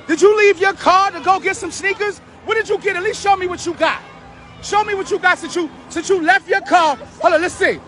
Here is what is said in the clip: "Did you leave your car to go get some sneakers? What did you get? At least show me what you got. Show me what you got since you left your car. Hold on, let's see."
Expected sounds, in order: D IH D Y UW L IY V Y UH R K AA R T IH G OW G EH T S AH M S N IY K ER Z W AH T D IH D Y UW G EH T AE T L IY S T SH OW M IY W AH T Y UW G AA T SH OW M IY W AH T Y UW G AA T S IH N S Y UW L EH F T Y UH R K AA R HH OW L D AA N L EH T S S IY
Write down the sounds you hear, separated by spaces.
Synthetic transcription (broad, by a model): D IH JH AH L IY V Y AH R K AA R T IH G OW G EH T S AH M S N IY K ER Z W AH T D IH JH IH G EH T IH T L IY S T SH OW M IY W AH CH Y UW G AA T SH OW M IY W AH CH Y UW G AA T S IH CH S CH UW L EH F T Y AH R K AA R HH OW L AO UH L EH T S S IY